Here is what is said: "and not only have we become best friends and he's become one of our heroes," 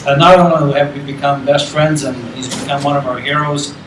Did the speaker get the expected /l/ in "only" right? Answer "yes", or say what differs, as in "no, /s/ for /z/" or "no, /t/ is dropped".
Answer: no, /n/ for /l/